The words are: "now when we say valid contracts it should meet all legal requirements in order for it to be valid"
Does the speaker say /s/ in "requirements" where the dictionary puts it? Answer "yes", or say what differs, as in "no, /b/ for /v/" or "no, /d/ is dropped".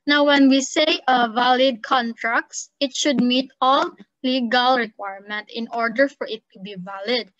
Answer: no, /s/ is dropped